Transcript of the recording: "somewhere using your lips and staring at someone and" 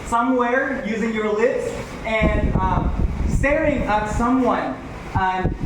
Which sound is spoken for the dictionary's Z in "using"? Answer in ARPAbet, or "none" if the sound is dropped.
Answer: Z